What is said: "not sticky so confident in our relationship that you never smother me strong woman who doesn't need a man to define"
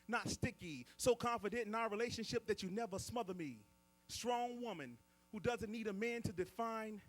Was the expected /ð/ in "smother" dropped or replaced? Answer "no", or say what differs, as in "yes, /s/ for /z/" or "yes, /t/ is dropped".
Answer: no